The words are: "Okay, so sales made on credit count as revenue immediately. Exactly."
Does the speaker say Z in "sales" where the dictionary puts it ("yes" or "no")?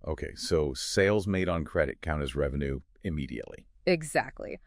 yes